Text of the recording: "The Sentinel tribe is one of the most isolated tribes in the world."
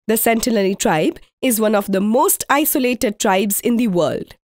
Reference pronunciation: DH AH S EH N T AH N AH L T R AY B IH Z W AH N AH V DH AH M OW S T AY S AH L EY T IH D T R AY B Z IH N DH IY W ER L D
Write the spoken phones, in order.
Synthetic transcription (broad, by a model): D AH S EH N T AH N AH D T R AY B IH Z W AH N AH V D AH M OW S T AY S AH L EY T IH D T R AY B Z IH N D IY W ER L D